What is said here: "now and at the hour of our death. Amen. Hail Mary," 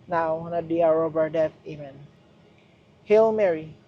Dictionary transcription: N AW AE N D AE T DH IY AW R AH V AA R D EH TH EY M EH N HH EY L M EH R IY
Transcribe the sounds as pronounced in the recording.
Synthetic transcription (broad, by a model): N AW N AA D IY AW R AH B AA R D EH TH EY M EH N HH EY L M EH R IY